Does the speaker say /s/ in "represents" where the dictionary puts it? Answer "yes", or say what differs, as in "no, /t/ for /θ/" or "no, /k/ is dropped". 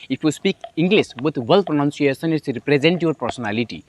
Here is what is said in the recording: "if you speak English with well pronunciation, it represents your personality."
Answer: no, /s/ is dropped